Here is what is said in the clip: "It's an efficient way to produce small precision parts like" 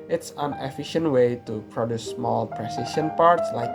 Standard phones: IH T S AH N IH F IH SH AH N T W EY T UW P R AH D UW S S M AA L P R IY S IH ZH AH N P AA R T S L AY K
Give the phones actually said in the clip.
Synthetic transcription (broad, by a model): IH T S AH N IH F IH SH AH N T W EY T UW P R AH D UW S S M AA L P R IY S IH SH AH N P AA R T S L AY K